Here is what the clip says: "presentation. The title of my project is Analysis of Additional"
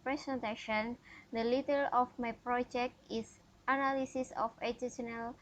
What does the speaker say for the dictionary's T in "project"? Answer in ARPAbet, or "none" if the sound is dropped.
T